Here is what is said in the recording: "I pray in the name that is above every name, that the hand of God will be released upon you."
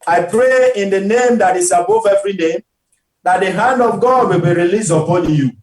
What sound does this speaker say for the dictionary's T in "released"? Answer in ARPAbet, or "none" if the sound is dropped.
none